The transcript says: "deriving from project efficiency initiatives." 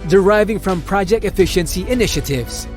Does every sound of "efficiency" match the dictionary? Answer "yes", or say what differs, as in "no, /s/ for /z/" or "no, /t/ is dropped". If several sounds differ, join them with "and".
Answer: yes